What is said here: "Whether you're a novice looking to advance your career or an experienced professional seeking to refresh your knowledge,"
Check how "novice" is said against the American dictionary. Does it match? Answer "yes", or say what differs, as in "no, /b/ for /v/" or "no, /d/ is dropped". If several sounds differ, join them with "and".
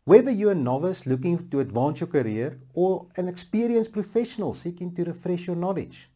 yes